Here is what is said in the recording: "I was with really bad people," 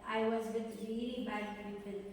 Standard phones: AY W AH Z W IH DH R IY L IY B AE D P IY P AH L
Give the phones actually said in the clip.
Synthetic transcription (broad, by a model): AY W AH Z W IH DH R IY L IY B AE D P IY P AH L